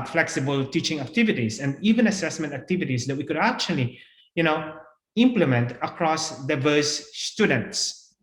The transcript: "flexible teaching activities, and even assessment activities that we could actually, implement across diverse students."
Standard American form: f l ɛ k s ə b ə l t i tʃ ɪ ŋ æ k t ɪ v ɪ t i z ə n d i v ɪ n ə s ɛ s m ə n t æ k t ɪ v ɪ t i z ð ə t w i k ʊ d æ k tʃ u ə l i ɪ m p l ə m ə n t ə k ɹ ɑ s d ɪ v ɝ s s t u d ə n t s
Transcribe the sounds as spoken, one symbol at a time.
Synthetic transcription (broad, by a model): f l ɛ k s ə b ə l t i tʃ ɪ ŋ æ k t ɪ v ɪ t i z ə n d i v ɪ n ə s ɛ s m ə n t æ k t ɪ v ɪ t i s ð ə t w i k ʊ d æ k tʃ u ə l i ɪ m p l ə m ə n t ə k ɹ ɑ s d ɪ v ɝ s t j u d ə n t s